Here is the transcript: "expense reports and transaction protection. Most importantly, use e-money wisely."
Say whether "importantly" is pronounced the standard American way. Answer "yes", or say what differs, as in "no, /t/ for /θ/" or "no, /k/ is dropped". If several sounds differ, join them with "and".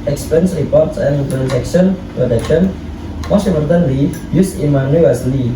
no, /p/ is dropped